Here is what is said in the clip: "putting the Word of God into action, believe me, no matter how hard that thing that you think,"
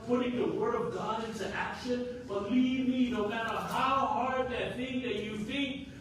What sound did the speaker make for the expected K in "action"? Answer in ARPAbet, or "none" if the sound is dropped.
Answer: K